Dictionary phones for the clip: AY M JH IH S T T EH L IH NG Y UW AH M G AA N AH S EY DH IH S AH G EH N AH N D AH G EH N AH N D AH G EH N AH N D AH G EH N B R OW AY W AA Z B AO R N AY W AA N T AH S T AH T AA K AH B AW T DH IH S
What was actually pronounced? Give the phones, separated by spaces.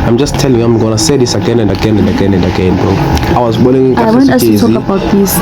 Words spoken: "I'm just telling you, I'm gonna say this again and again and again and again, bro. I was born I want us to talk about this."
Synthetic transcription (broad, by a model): AY M JH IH S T T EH L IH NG AH M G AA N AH S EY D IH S AH G EH N AH N D AH G EH N AH N D AH G EH N AH N D AH G EH N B OW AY W AA Z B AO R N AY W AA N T AH S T T AA K AH B AW T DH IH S